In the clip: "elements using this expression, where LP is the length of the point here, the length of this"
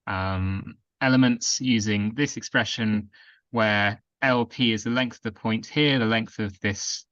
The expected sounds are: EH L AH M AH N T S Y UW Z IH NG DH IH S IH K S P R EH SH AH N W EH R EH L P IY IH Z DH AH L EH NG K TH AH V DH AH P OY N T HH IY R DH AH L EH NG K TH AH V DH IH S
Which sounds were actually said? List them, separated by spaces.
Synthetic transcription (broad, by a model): EH L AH M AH N T S Y UW Z IH NG DH IH S IH K S P R EH SH AH N W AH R EH L P IY IH Z DH AH L EH NG K TH AH V DH AH P OY N T HH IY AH DH AH L EH NG K TH AH V DH IH S